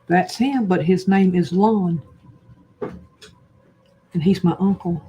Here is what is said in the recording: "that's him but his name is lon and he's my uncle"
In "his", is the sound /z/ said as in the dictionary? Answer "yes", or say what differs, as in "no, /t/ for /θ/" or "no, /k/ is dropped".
yes